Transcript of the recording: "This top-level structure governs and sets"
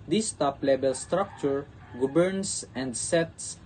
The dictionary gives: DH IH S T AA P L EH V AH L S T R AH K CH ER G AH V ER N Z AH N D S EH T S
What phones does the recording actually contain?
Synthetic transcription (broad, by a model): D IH S T AA P L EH B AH L S T R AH K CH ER G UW B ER N S AH N D S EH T S